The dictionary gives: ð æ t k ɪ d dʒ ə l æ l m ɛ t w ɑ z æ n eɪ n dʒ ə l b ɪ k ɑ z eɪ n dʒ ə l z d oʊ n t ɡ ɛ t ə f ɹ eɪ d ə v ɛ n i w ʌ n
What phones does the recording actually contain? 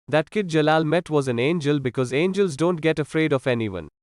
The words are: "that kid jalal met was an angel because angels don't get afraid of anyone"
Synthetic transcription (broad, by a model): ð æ t k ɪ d dʒ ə l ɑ l m ɛ t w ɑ z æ n eɪ n dʒ ə l b ɪ k ɑ z eɪ n dʒ ə l z d oʊ n t ɡ ɛ t ə f ɹ eɪ d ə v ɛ n i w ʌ n